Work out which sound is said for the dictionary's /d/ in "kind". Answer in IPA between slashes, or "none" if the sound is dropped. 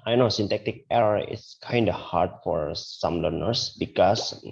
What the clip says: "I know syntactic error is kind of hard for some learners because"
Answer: /d/